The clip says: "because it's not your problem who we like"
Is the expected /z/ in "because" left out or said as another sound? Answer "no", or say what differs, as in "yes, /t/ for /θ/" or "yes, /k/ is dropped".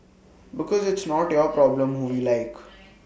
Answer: no